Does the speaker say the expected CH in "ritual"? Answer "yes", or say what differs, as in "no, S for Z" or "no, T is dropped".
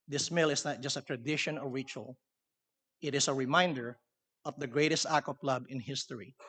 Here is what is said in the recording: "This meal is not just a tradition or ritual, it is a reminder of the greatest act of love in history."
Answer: yes